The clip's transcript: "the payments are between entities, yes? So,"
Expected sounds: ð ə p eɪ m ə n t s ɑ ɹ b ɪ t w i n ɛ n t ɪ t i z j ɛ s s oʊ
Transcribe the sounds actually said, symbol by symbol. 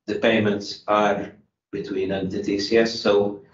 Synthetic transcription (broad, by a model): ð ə p eɪ m ə n t s ɑ ɹ b ɪ t w i n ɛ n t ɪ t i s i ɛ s s oʊ